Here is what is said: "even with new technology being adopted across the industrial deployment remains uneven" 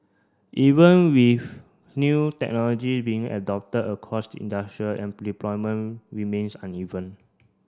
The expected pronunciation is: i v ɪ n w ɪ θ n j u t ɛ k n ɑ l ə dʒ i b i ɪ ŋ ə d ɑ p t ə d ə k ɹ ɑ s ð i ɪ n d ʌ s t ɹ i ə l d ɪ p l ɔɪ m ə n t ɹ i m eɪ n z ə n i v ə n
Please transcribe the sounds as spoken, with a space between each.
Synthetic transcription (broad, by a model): i v ɪ n w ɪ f n j u t ɛ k n ɑ l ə dʒ i b i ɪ ŋ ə d ɑ p t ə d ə k ɑ s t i n d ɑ s t ɹ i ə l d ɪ p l ɔɪ m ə n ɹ i m eɪ n s ə n i v ə n